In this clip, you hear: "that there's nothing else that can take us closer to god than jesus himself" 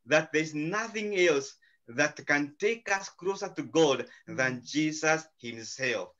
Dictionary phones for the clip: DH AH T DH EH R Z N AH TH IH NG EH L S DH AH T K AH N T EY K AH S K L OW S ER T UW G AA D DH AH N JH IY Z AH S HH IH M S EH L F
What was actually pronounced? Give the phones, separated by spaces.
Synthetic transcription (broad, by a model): DH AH T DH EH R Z N AH TH IH NG EH L S DH AH T K AH N T EY K AH S K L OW S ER T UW G AA D DH AH N JH IY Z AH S HH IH M S EH L F